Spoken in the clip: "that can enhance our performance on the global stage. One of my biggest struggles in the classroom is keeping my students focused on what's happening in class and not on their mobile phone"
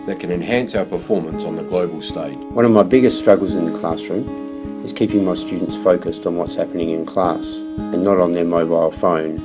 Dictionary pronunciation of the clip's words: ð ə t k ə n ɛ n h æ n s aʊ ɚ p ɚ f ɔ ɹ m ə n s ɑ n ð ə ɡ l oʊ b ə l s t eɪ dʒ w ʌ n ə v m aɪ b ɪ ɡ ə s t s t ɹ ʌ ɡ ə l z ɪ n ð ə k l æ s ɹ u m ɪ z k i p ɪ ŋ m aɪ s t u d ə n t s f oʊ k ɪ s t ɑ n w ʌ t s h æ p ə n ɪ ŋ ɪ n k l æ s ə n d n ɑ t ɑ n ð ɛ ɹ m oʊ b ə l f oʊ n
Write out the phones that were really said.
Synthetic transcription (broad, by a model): ð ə t k ə n ɛ n h æ n s aʊ ɚ p ɚ f ɔ ɹ m ə n s n ð ə ɡ l oʊ b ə l s t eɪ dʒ w ʌ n ə v m aɪ b ɪ ɡ ə s t s t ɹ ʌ ɡ l z ɪ n ð ə k l æ s ɹ u m ɪ z k i p ɪ ŋ m aɪ s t u d n t s f oʊ k ɪ s t n w ʌ t s h æ p ə n ɪ ŋ ɪ n k l æ s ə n n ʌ t n ð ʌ ɹ m oʊ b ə l f oʊ n